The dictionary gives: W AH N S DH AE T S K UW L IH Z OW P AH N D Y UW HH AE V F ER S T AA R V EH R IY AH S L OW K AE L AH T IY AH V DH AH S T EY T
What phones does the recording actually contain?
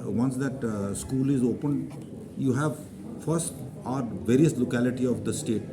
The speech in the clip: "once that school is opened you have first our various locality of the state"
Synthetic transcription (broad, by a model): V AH N S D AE T S K UW L IH Z OW P AH N D Y UW HH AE V F ER S T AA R V EH R IY AH S L OW K AE L AH T IY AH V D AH S T EY T